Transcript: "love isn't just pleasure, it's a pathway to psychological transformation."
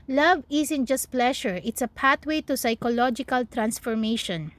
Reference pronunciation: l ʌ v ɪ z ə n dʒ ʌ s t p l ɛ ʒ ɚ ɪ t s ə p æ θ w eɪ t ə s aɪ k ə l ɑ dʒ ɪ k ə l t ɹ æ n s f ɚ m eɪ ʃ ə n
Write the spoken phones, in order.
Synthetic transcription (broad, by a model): l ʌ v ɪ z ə n dʒ ʌ s t p l ɛ ʃ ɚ ɪ t s ə p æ t w eɪ t ə s aɪ k ə l ɑ dʒ ɪ k ə l t ɹ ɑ n s f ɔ m eɪ ʃ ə n